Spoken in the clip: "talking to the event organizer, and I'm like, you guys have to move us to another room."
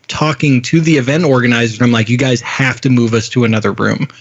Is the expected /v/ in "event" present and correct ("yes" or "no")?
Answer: yes